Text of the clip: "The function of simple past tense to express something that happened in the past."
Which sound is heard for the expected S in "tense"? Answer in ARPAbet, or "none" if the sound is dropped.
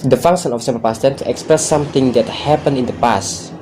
none